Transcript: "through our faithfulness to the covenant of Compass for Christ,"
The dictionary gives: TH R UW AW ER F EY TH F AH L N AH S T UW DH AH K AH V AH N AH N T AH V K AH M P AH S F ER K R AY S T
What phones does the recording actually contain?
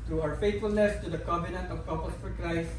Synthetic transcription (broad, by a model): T R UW AW ER F EY T F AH L N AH S T UW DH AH K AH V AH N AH N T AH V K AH P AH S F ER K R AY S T